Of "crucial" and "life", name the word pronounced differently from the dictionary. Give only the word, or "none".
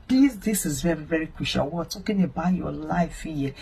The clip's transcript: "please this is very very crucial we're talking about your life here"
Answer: crucial